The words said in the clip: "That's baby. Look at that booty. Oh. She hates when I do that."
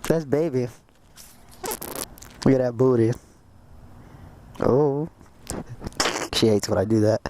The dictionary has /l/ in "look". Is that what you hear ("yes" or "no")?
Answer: no